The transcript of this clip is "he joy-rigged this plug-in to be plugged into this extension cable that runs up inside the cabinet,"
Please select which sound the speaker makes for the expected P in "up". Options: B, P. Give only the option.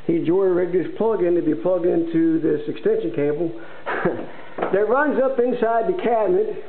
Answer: P